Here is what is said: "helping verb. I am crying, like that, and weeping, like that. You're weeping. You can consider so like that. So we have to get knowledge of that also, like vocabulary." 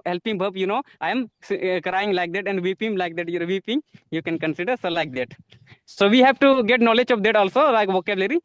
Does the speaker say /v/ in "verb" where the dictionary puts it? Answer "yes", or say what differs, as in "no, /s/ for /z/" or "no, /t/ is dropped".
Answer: no, /b/ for /v/